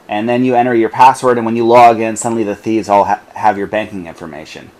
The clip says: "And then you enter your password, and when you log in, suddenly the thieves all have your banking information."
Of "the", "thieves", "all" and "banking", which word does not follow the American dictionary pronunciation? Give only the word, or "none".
none